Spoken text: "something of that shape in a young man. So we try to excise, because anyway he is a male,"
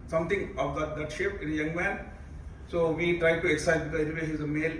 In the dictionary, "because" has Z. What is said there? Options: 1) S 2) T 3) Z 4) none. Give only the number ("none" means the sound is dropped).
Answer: 4